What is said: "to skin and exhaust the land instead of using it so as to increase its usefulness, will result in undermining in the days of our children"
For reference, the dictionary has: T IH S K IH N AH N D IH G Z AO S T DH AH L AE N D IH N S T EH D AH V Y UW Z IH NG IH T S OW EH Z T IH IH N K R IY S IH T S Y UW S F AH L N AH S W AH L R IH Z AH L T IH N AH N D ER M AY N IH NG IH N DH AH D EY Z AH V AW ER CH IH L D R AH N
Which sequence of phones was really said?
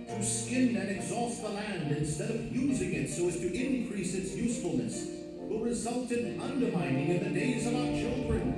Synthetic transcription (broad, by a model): T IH S K IH N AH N IH G Z AO S T DH AH L AE N D IH N S T EH D AH V Y UW Z IH NG IH T S OW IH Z T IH IH N K R IY S IH T S Y UW S F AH L N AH S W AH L R IH Z AH L T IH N AH N D ER M AY N IH NG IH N DH AH D EY Z AH V AW ER CH IH L D R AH N